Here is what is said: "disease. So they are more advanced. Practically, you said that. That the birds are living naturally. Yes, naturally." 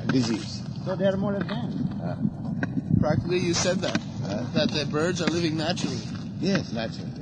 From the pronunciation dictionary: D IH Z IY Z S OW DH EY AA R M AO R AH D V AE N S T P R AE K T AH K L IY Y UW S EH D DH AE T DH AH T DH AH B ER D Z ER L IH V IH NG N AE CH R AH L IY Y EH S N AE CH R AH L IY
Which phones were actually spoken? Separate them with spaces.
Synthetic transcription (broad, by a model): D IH Z IY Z S OW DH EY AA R M AO R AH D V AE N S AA P R AE K T AH K L IY Y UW S EH D DH AE T DH AH T DH AH B ER D Z ER L IH V IH NG N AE CH R L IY Y EH S N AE CH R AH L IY